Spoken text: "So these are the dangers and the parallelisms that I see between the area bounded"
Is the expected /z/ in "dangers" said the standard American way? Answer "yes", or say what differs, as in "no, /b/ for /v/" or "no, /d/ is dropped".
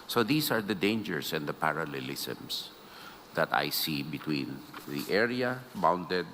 no, /s/ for /z/